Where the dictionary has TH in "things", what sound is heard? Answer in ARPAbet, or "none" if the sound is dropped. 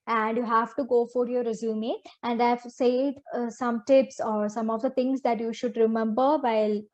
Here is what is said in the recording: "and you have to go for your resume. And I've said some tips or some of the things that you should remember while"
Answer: T